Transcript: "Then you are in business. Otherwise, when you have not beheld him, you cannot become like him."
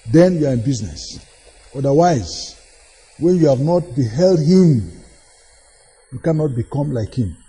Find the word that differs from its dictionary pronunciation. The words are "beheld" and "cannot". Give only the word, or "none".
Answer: none